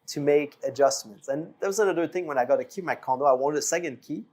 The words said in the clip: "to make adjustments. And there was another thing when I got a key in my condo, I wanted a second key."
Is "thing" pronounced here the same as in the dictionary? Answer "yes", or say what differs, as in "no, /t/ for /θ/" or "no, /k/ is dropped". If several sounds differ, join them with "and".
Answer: yes